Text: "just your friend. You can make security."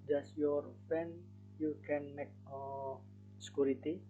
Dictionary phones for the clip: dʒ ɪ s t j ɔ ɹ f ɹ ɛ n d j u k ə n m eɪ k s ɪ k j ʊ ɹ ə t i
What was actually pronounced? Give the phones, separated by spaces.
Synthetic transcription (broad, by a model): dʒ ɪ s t j ɔ ɹ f ɛ n j u k ə n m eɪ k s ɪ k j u ɹ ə t i